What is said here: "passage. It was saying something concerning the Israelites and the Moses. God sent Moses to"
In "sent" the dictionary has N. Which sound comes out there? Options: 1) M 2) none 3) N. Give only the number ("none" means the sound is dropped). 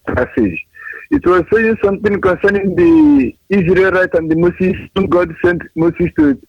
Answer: 3